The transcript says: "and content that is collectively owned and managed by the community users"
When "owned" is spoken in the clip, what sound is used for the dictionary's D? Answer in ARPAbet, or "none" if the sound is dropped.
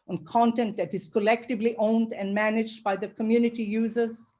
D